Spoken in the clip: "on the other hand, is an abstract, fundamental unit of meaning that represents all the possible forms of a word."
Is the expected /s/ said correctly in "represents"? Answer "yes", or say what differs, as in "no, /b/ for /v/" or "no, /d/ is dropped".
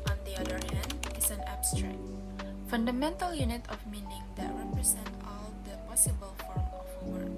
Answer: no, /s/ is dropped